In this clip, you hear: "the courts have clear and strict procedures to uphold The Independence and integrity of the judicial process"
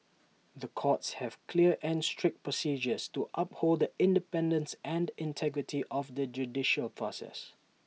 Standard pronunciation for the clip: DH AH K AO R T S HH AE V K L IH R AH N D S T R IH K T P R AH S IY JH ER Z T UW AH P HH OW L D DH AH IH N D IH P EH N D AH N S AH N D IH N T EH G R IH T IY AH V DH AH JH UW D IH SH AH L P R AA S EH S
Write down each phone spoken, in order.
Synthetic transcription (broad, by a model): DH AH K AO T S HH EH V K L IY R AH N S T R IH K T P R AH S IY JH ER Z T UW AH P HH OW L D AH IH N D IH P EH N D AH N S AH N D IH N T EH G R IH T IY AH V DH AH JH UW D IH SH AH L P R AA S EH S